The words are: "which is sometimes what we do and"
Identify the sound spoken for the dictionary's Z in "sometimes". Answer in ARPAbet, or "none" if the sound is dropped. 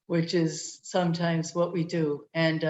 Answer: Z